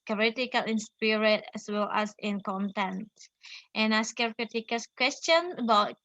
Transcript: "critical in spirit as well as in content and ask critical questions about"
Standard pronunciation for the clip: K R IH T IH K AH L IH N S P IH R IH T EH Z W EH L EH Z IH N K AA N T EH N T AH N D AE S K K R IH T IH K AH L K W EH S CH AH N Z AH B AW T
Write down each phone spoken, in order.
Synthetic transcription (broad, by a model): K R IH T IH K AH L IH N S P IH R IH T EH S W EH L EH S IH N K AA N T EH N T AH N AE S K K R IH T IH K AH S K W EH S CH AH N AH B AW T